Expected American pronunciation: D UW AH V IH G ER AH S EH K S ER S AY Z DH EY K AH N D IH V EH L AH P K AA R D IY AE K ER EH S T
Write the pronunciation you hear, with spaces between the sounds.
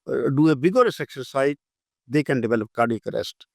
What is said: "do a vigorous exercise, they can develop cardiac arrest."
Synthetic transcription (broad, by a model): D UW AH B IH G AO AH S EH K S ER S AY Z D EY K AH N D IH V EH L AH P K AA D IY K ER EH S T